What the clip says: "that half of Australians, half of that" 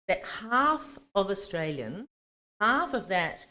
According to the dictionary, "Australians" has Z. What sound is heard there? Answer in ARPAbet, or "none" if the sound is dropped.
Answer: none